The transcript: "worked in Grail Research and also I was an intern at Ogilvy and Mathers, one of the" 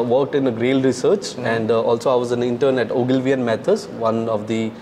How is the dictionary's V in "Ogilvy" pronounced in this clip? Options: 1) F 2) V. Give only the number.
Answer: 2